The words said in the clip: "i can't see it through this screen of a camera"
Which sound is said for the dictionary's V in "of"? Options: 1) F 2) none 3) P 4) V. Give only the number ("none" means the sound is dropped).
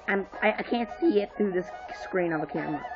4